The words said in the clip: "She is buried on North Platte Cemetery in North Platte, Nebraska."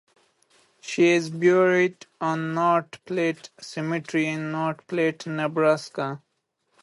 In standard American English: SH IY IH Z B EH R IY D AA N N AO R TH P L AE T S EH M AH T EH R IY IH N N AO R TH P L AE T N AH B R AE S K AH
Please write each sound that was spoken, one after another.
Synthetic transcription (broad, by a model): SH IY IH Z B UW R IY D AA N N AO R T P L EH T S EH M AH T R IY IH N N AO R T P L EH T N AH B R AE S K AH